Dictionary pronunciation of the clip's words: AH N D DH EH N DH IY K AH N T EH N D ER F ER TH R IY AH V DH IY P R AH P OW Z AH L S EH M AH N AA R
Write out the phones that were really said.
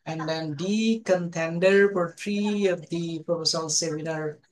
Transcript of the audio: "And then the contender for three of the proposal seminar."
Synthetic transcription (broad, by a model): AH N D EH N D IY K AH N T EH N D ER P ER T R IY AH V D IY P AH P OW S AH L S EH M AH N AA R